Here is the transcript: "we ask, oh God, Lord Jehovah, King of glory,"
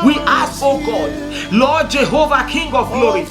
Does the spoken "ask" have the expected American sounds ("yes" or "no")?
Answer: no